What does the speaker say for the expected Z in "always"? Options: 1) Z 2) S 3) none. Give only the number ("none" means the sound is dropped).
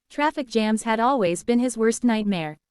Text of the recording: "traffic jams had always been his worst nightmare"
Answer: 1